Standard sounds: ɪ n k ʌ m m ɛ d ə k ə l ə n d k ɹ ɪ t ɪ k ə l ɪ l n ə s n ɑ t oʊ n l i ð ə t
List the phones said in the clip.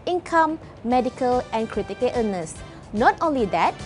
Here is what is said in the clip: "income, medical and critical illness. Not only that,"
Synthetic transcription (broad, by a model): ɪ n k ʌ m m ɛ d ə k ə l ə n k ɹ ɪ t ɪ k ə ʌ n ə s n ɑ t oʊ n l i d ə t